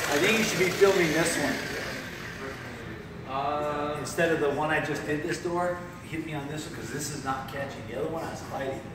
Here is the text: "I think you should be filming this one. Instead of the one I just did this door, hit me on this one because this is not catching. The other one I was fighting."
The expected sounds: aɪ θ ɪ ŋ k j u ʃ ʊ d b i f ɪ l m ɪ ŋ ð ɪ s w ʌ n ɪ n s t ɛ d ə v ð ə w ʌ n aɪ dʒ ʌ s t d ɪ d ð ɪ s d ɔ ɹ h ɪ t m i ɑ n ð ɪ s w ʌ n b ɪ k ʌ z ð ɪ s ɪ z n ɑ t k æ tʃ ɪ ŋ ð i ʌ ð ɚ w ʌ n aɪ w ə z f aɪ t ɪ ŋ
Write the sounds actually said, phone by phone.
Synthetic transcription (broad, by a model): aɪ θ ɪ ŋ k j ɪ ʃ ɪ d b i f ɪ l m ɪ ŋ ð ɪ s w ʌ n ɪ n s t ɛ d ə v ð ə w ʌ n aɪ dʒ ʌ s d ɪ d ð ɪ s d ɔ ɹ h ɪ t m i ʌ n ð ɪ s w ʌ n k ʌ z ð ɪ s ɪ z n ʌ t k æ tʃ ɪ ŋ ð i ʌ ð ɚ w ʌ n aɪ w ə z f aɪ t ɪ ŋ